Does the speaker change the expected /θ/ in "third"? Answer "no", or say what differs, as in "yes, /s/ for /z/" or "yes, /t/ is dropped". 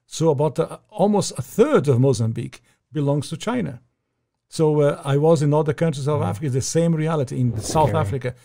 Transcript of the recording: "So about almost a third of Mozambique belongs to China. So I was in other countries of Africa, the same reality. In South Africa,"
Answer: no